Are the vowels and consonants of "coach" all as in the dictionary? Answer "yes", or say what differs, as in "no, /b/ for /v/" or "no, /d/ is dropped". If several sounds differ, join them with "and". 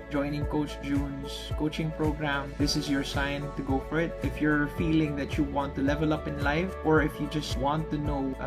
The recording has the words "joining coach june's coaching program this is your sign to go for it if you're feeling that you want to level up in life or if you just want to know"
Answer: yes